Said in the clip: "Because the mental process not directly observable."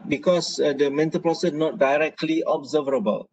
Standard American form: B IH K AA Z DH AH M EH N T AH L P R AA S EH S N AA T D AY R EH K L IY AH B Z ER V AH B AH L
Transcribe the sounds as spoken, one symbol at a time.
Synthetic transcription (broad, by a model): B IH K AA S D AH M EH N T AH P L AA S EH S N AA T D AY R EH K L IY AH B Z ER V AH B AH L